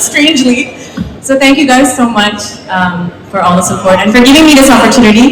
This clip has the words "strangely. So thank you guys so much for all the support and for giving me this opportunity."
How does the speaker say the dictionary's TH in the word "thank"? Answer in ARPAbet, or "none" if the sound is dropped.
TH